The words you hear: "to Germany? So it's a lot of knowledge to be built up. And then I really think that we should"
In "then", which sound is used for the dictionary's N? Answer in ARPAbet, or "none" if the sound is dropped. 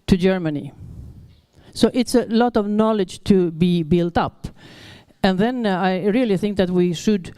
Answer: N